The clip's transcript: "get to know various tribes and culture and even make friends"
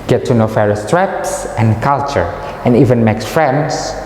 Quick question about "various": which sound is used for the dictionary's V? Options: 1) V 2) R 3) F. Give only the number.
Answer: 3